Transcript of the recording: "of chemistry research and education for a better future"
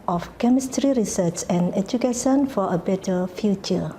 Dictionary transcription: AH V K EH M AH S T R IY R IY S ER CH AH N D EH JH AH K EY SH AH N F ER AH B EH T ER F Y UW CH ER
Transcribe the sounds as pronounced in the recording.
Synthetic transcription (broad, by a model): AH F K EH M AH S T R IY R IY S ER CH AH N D EH JH AH K EY SH AH N F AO AH B EH T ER F Y UW CH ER